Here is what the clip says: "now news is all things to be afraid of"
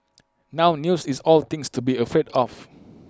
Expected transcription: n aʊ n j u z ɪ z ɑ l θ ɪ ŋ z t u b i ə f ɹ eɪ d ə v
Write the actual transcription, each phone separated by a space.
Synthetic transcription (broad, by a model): n aʊ n j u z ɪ s ɑ l t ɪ ŋ s t u b i ə f ɹ eɪ d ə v